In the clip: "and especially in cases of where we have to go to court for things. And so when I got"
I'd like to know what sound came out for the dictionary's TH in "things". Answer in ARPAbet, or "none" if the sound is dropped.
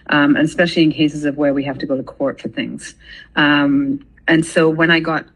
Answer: TH